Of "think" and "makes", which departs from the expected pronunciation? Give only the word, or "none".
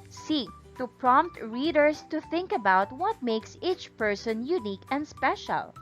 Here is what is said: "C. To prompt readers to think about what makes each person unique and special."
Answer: none